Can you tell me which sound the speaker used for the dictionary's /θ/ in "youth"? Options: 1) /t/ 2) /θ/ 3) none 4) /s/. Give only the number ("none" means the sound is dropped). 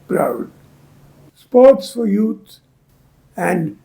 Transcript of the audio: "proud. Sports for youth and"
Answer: 4